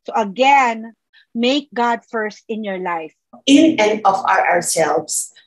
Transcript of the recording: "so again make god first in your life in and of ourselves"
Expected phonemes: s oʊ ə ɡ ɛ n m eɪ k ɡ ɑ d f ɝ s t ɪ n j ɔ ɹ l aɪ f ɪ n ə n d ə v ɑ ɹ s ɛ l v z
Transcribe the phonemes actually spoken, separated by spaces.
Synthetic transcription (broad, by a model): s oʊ ə ɡ ɛ n m eɪ k ɡ ɑ d f ɝ s t ɪ n j ɔ ɹ l aɪ f ɪ n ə n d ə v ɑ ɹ s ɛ l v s